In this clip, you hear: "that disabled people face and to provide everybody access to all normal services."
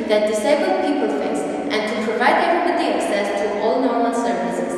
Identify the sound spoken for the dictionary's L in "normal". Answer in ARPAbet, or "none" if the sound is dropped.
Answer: L